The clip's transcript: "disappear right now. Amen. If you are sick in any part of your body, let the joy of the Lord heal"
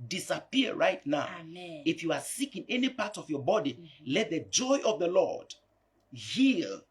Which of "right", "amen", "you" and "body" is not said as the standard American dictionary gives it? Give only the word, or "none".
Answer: amen